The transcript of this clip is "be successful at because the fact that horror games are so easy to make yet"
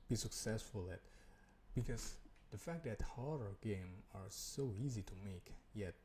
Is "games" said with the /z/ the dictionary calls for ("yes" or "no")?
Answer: no